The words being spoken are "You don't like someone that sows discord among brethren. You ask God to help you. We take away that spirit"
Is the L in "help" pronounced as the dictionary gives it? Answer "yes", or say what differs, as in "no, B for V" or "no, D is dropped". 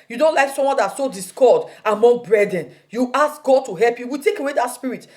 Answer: yes